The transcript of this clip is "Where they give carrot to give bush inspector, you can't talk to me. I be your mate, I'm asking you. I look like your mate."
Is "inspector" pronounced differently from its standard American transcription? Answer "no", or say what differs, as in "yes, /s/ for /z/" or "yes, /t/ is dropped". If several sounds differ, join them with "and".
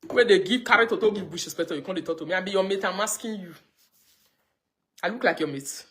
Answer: yes, /n/ is dropped and /k/ is dropped